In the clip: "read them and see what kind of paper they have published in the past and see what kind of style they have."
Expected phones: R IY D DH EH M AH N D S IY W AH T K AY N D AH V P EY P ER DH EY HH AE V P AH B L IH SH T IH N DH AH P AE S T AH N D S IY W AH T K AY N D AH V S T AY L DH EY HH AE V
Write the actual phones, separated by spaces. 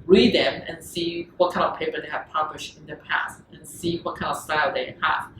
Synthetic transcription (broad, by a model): R IY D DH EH M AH N S IY W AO T K AY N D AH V P EY P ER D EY HH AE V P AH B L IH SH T IH N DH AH P AE S T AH N S IY W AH T K AY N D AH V S T AY L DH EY HH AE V